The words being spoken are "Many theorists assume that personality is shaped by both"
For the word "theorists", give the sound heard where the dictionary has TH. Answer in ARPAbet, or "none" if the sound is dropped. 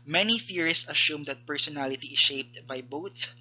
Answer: F